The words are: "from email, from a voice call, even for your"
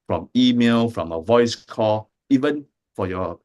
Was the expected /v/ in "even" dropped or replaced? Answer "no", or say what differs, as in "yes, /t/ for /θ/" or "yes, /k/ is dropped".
no